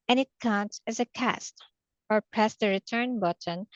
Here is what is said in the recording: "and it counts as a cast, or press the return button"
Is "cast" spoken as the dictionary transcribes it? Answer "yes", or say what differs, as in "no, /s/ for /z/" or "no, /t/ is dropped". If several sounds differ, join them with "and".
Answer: yes